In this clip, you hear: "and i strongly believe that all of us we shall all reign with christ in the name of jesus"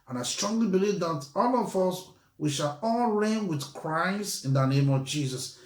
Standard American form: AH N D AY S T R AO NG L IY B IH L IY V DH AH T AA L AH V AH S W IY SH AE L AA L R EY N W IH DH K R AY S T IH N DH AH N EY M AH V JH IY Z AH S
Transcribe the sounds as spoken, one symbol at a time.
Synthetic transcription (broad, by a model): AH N AY S T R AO NG L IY B IH L IY V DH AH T AA L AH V AH S W IY SH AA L AA L R EY N W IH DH K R AY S IH N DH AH N EY M AH V JH IY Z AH S